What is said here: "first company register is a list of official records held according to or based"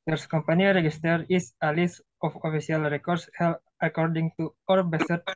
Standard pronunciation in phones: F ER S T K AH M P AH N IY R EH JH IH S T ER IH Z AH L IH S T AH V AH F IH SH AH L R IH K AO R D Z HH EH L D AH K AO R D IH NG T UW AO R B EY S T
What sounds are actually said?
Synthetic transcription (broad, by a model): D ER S K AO M P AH N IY R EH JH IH S T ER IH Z AH L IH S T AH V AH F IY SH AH L R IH K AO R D S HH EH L AH K AO R D IH NG T UW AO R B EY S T